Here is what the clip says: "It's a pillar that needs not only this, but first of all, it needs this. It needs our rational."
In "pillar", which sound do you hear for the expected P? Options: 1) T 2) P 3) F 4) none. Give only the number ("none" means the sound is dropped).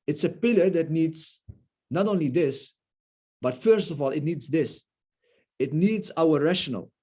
2